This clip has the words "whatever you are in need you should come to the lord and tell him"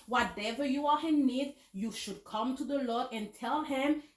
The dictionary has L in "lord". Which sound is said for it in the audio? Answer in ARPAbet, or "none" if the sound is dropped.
L